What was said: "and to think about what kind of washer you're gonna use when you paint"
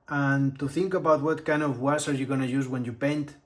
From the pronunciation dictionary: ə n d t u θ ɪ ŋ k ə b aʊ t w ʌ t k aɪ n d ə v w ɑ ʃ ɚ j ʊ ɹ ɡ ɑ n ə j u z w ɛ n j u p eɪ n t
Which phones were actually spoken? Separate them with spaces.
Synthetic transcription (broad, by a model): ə n t u θ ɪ ŋ k ə b aʊ t w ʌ t k aɪ n d ə v w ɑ s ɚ j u ɡ ɑ n ə j u z w ɛ n j u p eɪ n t